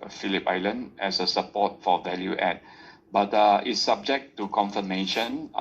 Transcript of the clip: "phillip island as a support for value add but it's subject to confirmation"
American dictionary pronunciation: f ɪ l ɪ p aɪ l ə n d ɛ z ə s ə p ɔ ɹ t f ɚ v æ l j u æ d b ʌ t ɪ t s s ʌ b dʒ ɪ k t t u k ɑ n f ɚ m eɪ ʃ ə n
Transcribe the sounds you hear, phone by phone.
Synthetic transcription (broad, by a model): f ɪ l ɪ p aɪ l ə n d ɛ s ə s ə p ɔ t f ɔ v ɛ l j u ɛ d b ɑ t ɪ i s s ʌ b dʒ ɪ k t t u k ɑ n f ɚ m eɪ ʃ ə n